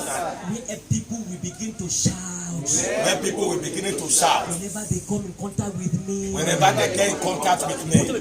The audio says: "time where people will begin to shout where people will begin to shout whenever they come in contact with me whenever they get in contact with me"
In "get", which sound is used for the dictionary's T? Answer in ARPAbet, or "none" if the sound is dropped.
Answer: none